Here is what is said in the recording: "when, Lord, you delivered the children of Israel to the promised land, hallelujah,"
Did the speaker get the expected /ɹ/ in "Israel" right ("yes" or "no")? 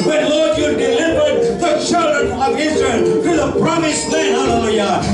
yes